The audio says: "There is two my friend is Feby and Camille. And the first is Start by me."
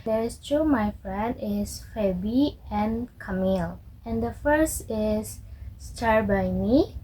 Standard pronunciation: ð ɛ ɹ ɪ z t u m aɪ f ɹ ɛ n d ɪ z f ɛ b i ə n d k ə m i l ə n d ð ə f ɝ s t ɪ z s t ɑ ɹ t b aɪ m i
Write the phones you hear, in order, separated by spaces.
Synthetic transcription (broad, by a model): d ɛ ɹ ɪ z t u m aɪ f ɹ ɛ n d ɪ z f ɛ b i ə n k ə m i l ə n d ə f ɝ s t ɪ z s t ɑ ɹ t b aɪ m i